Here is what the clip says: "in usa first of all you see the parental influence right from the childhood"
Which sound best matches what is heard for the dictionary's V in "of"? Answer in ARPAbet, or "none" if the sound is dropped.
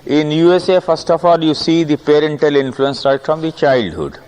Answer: F